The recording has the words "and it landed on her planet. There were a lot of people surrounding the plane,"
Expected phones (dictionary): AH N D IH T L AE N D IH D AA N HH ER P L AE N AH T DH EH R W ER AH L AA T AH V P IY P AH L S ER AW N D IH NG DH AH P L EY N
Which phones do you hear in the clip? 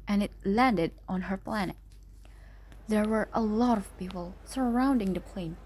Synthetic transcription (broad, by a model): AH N IH T L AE N D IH D AA N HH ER P L AE N AH T DH EH R W ER AH L AA T AH V P IY P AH L S ER AW N D IH NG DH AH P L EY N